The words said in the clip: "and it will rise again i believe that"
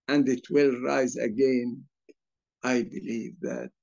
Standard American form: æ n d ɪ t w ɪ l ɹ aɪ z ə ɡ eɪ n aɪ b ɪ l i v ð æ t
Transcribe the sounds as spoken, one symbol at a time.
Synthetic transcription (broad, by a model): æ n d ɪ t w ɪ l ɹ aɪ z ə ɡ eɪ n aɪ b ɪ l i v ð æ t